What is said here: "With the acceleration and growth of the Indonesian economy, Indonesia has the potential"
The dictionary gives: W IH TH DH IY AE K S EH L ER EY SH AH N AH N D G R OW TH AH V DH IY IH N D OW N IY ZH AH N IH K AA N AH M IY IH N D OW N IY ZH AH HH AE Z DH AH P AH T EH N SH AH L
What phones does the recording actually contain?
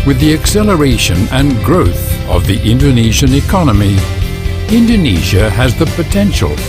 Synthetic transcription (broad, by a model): W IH DH IY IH K S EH L ER EY SH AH N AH N G R OW TH AH V DH IY IH N D OW N IY ZH AH N IH K AA N AH M IY IH N D OW N IY ZH AH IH Z DH AH P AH T EH N SH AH L